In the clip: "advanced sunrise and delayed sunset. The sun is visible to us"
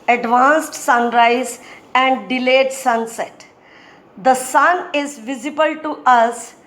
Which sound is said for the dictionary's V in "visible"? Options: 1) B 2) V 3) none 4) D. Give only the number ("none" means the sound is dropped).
2